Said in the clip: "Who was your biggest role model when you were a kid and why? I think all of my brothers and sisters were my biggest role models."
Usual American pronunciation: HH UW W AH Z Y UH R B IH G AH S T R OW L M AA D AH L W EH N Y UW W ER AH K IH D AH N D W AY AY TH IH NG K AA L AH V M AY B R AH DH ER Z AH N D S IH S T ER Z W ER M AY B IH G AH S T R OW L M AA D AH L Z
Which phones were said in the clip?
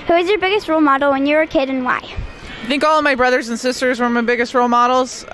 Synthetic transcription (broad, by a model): HH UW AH Z Y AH R B IH G AH S T R OW L M AA D L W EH N Y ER AH K IH D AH N W AY AY TH IH NG K AA L AH V M AY B R AH DH ER Z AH N S IH S T ER Z W ER M AY B IH G AH S T R OW L M AA D L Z